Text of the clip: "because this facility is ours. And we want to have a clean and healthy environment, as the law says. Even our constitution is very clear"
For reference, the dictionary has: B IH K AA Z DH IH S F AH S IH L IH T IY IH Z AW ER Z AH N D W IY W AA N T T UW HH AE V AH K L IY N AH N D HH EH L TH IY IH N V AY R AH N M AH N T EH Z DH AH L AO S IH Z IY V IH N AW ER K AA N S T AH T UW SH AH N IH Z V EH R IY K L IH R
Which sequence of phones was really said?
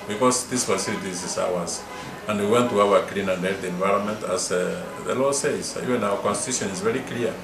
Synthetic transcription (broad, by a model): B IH K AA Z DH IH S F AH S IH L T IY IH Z AW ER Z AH N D W IY W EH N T T UW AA W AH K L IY N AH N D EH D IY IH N V AY R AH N M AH N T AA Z DH AH L AO S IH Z IY V IH N AW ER K AA N S T AH T UW SH AH N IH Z V EH R IY K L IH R